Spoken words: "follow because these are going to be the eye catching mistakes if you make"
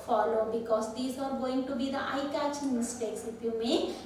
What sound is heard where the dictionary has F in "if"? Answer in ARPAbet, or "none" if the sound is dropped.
P